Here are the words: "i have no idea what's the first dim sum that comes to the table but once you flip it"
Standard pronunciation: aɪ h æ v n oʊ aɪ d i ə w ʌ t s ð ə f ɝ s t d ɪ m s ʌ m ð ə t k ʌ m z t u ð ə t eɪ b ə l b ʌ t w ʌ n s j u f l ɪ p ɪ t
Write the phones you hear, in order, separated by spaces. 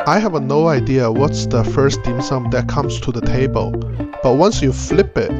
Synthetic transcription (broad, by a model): aɪ h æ v n oʊ aɪ d i ə w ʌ t s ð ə f ɝ s t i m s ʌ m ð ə t k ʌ m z t u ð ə t eɪ b ə l b ʌ t w ʌ n s j u f l ɪ p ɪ t